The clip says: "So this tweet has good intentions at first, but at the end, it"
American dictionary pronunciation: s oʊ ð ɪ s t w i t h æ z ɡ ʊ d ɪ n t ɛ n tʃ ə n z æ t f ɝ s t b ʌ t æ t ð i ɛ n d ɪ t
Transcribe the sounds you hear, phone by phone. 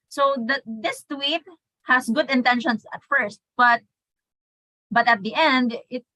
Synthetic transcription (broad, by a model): s oʊ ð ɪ s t w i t h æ s ɡ ʊ d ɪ n t ɛ n ʃ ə n s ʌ t f ɝ s t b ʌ t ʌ t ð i ɛ n d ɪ t